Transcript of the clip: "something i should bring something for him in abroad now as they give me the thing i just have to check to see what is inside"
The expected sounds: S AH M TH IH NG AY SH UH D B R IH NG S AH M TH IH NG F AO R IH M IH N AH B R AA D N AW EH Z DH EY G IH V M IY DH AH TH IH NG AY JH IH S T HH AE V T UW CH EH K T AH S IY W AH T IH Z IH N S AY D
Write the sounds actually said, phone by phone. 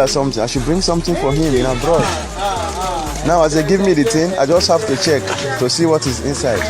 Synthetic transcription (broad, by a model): S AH M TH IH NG AY SH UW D B R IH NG S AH M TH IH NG F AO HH IH M IH N AH B R AA D N AW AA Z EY G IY V M IY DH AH T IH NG AY JH IH S T HH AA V T UW CH EH K T AH S IY W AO T IH Z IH N S AY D